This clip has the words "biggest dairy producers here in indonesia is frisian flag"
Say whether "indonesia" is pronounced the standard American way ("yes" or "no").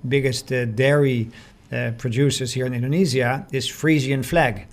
no